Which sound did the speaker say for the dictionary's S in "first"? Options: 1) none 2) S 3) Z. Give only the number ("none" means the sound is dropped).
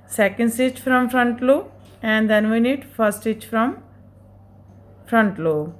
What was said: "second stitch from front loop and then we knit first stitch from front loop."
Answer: 1